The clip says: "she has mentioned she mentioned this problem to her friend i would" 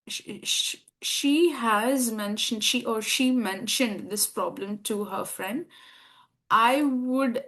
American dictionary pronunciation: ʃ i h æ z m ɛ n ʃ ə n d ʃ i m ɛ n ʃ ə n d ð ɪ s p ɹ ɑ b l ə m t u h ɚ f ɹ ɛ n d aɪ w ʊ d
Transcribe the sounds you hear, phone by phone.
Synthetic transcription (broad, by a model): ʃ i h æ z m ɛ n ʃ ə n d ʃ i m ɛ n ʃ ə n d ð ɪ s p ɹ ɑ b l ə m t u h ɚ f ɹ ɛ n d aɪ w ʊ d